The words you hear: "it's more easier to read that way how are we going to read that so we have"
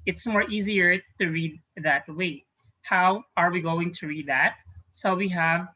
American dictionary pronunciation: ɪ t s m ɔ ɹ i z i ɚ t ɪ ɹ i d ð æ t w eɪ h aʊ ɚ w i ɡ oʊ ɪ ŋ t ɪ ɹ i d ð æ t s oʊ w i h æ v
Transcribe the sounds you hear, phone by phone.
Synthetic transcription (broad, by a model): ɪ t s m ɔ ɹ i z i ɚ t ɪ ɹ i d ð æ t w eɪ h aʊ ɚ w i ɡ oʊ ɪ ŋ t ɪ ɹ i d ð æ t s oʊ w i h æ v